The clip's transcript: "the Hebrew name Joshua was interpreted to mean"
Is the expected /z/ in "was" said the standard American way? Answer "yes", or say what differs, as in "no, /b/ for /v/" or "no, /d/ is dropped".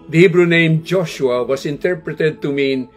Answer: no, /s/ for /z/